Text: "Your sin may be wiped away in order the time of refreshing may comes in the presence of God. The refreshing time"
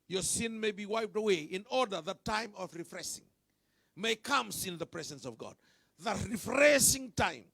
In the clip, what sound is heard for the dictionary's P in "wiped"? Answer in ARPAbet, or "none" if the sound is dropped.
P